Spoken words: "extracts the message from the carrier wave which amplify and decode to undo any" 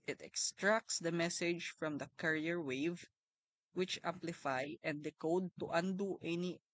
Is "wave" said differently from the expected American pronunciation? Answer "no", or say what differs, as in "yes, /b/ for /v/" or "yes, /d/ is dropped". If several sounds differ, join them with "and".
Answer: no